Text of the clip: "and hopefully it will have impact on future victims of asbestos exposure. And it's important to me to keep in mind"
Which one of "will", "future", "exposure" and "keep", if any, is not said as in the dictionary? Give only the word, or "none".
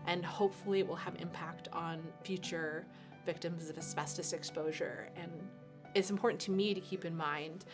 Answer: none